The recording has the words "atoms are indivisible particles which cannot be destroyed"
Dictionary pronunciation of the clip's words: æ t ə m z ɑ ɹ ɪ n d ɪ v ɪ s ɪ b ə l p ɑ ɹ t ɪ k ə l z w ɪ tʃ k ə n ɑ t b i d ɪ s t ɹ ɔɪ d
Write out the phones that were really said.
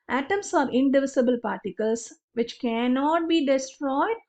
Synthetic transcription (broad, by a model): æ t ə m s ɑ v ɪ n d ɪ v ɪ s ɪ b ə l p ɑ ɹ t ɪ k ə l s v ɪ tʃ k ə n ɑ t b i d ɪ s t ɹ ɔɪ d